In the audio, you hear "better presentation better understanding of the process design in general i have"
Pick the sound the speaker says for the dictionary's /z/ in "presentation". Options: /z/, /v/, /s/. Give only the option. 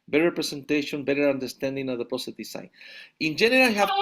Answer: /s/